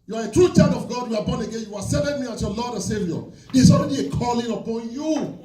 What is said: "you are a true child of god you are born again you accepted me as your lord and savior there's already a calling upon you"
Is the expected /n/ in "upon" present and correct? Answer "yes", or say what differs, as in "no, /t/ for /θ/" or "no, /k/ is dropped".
yes